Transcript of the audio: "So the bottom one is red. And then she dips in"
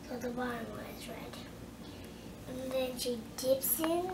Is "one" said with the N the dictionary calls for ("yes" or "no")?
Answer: no